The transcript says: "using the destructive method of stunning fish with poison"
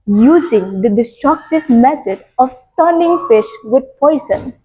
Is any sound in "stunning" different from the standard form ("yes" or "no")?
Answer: yes